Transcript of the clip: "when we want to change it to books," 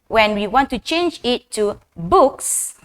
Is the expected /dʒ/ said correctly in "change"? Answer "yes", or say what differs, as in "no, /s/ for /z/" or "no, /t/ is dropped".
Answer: yes